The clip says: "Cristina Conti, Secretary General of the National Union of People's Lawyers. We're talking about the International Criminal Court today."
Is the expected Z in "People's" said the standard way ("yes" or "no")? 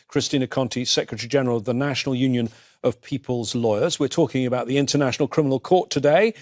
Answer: yes